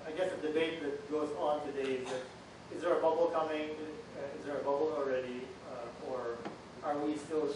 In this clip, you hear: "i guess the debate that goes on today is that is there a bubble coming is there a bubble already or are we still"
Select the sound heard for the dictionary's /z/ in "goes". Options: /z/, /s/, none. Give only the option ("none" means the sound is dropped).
/z/